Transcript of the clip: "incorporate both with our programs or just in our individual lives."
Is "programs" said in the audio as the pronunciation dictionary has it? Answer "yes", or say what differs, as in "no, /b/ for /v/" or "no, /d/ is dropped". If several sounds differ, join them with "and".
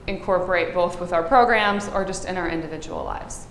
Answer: yes